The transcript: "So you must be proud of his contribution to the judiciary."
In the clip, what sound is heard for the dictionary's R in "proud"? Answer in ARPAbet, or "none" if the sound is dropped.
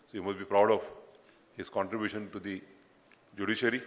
R